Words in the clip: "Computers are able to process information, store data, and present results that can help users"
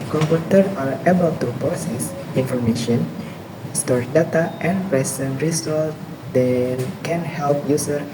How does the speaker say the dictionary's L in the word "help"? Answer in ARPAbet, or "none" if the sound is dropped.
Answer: L